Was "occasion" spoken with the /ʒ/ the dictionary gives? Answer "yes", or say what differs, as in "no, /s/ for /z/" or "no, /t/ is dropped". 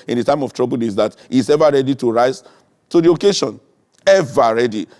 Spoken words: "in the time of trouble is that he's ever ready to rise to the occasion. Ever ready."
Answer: no, /ʃ/ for /ʒ/